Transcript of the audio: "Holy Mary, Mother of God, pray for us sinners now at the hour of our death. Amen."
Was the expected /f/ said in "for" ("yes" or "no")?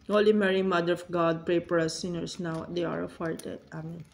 no